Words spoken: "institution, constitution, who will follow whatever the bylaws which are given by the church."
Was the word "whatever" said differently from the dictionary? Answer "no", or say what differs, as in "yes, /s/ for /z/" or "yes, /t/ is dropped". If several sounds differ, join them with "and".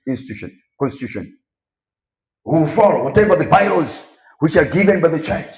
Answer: yes, /b/ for /v/